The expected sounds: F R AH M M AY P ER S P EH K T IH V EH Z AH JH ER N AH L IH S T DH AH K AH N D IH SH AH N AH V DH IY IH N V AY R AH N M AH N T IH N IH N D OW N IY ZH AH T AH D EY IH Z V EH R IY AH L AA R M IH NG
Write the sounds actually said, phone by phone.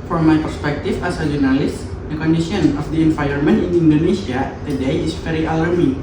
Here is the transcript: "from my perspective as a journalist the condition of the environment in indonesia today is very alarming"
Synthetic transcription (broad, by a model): F R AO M M AY P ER S P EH K T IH F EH S AH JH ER N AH L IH S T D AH K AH N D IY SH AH N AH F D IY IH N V AY AH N M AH N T IH N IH N D OW N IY S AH T AH D EY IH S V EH R IY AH L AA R M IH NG